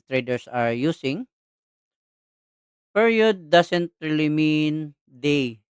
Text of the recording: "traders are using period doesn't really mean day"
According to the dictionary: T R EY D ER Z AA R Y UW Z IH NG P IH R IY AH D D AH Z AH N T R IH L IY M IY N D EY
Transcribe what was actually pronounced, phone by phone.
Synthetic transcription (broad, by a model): T R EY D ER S AA R Y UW S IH NG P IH R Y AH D D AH S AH N T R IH L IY M IY N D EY